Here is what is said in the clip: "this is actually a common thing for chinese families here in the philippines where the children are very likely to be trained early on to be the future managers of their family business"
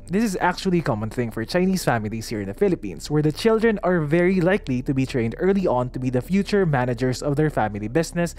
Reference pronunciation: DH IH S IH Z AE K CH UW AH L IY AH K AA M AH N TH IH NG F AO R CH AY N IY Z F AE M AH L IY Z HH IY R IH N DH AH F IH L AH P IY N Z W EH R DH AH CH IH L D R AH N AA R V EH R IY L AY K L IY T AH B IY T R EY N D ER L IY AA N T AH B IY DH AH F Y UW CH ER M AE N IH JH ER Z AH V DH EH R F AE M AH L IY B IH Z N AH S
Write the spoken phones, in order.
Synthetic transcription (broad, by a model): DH IH S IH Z AE K CH UW AH L IY K AA M AH N TH IH NG F AO R CH AY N IY S F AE M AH L IY S HH IY R IH N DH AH F IH L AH P IY N S W EH R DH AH CH IH L D R AH N AA R V EH R IY L AY K L IY T AH B IY T R EY N D ER L IY AA N T AH B IY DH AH F Y UW CH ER M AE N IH JH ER S AH V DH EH R F AE M AH L IY B IH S N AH S